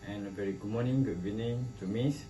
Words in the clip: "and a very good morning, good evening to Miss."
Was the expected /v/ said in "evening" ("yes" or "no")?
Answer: no